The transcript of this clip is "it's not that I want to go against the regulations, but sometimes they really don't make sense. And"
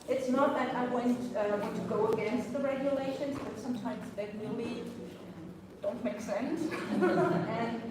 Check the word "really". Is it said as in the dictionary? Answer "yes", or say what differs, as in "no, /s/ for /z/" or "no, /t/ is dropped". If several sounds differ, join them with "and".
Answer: no, /w/ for /ɹ/